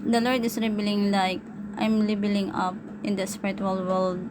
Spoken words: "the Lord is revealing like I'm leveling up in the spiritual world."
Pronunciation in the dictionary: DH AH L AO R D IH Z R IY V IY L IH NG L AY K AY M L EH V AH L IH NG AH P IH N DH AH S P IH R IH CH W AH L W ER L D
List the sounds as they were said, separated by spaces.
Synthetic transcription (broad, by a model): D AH L AO R D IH S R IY B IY L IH NG L AY K AY M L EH B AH L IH NG AH P IH N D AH S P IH R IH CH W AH L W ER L D